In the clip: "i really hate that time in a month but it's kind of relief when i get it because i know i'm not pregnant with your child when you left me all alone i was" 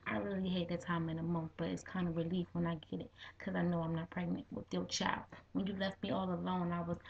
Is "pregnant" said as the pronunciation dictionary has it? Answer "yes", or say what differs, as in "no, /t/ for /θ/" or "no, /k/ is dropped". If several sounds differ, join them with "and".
yes